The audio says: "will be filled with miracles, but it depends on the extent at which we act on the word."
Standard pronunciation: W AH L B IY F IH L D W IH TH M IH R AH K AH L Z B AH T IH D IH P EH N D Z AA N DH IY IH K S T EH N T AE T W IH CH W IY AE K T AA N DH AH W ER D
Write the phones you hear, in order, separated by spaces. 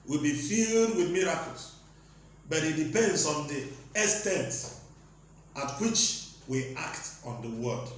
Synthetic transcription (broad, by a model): W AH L B IY F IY L D W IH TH M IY R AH K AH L S B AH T IH D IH P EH N D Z AA N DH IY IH S T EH N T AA T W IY CH W IY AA K T AA N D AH W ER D